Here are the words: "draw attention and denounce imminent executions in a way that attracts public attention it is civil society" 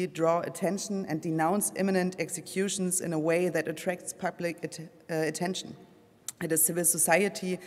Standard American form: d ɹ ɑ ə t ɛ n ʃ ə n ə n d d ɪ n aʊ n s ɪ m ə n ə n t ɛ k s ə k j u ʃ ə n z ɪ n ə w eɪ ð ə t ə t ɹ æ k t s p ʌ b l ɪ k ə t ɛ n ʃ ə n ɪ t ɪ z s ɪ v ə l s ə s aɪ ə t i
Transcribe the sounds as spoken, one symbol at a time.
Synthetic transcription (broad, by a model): d ɹ ɑ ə t ɛ n ʃ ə n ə n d d ɪ n aʊ n s ɪ m ə n ə n t ɛ k s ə k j u ʃ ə n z ɪ n ə w eɪ ð ə t ə t ɹ æ k t s p ʌ b l ɪ k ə t ɛ n ʃ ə n ɪ t ɪ z s ɪ v ə l s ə s aɪ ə t i